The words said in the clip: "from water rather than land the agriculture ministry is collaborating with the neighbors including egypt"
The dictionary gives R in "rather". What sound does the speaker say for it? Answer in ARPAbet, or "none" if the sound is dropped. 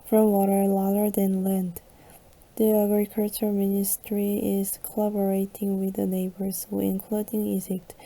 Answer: L